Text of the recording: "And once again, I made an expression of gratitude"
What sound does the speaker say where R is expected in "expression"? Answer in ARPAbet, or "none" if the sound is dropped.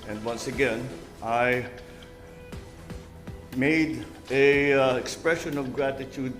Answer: R